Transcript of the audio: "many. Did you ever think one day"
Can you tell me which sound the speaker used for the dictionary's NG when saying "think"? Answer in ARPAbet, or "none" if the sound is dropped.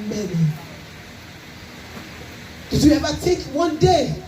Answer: none